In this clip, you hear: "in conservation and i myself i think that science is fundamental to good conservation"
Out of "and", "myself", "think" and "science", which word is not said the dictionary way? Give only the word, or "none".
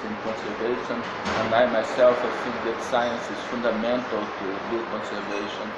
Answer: think